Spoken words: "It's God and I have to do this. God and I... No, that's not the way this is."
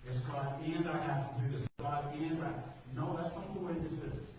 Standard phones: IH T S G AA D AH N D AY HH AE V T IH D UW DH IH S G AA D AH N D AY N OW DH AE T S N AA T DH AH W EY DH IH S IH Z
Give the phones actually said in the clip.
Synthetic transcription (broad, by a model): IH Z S G AA D AH N D AY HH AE F T IH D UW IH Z G AA D AH N D AY N OW DH AE T S L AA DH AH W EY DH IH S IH